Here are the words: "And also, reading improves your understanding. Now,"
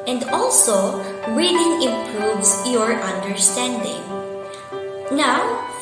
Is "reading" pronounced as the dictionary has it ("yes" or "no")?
no